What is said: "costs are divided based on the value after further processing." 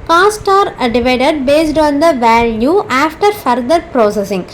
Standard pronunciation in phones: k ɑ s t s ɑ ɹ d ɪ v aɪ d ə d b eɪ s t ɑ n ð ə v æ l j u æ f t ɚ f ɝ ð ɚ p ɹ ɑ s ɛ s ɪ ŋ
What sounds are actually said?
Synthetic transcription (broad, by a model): k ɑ s t ɑ ɹ d ɪ v aɪ d ə d b eɪ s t ɑ n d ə v æ l j u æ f t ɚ f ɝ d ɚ p ɹ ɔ s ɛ s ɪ ŋ